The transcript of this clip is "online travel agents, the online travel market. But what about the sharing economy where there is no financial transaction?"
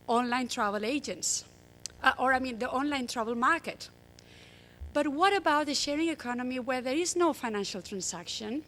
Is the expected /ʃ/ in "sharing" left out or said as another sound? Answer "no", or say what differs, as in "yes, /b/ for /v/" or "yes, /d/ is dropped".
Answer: no